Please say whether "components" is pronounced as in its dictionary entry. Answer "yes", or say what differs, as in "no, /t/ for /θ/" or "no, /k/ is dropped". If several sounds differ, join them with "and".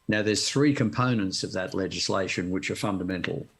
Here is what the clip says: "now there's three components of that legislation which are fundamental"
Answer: yes